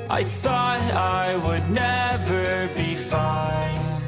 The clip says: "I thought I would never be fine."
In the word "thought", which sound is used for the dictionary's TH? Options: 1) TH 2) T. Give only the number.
1